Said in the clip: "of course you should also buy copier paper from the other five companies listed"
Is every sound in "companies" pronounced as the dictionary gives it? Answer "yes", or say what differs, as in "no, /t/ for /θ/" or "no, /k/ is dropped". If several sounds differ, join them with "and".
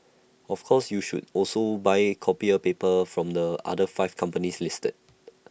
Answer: no, /s/ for /z/